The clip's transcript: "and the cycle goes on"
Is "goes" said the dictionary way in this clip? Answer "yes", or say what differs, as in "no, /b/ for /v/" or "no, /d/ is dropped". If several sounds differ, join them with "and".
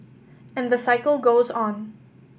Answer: yes